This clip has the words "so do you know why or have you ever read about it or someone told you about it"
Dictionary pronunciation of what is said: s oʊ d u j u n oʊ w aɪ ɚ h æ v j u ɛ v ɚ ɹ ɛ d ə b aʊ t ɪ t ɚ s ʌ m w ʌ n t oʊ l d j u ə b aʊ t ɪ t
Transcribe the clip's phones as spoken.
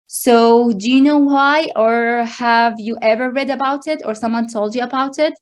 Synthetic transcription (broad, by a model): s oʊ d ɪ j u n oʊ w aɪ ɚ h æ v j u ɛ v ɚ ɹ ɛ d ə b aʊ t ɪ t ɚ s ʌ m w ʌ n t oʊ l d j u ə b aʊ t ɪ t